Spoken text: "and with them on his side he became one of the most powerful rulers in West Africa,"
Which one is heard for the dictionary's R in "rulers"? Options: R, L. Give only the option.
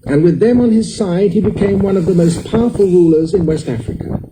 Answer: R